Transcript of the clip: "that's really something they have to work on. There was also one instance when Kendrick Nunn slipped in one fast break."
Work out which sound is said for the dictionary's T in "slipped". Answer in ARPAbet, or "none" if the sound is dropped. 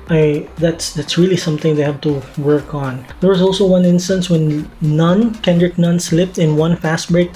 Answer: T